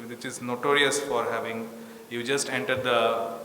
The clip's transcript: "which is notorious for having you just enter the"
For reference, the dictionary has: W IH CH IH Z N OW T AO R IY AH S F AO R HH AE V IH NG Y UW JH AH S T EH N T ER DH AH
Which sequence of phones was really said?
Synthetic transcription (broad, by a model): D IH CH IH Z N OW T AO R IY AH S F AO R HH AE V IH NG Y UW JH AH S T EH N T ER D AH